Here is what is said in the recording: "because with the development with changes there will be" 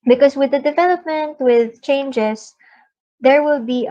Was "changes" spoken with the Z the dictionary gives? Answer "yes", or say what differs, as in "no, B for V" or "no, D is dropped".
no, S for Z